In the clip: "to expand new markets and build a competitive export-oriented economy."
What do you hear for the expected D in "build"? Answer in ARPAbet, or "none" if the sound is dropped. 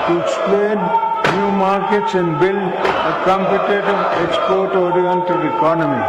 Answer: none